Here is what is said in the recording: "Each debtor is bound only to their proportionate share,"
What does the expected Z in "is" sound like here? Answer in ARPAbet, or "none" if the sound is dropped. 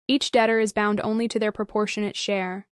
Z